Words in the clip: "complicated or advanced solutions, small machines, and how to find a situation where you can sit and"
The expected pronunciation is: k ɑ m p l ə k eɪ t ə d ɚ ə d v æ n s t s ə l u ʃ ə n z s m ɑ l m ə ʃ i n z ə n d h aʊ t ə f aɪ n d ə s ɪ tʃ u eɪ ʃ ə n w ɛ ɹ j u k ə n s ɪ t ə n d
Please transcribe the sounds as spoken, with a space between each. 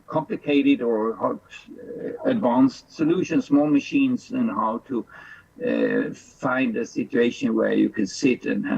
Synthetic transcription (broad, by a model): k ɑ m p l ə k eɪ t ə d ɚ ə d v æ n s t s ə l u ʃ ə n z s m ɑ l m ə ʃ i n z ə n h aʊ t ə f aɪ n d ə s ɪ tʃ u eɪ ʃ ə n w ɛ ɹ j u k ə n s ɪ t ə n